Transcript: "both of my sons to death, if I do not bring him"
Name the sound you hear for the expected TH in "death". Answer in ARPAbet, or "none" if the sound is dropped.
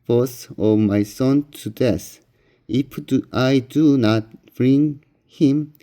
S